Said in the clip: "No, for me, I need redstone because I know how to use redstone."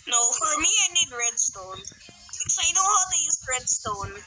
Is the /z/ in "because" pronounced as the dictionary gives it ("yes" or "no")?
no